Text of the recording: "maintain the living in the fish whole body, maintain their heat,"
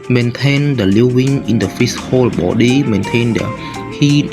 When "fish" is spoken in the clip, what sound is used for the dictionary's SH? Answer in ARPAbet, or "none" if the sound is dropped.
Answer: S